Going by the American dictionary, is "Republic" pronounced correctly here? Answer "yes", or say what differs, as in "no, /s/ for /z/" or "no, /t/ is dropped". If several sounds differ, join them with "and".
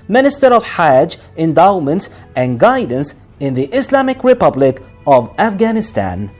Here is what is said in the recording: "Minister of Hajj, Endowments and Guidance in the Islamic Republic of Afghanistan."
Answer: yes